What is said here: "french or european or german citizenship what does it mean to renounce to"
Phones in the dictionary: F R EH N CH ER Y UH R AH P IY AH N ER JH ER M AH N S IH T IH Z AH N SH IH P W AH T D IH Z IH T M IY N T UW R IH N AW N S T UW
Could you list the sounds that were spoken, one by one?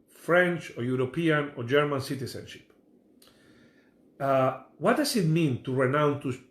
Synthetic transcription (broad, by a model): F R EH N CH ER Y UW R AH P IY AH N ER JH ER M AH N S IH T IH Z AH N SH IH P W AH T D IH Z IH T M IY N T UW R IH N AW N T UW